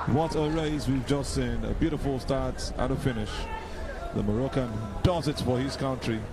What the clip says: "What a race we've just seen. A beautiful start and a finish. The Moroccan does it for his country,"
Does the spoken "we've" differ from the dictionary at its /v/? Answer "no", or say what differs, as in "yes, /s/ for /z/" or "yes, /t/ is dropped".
no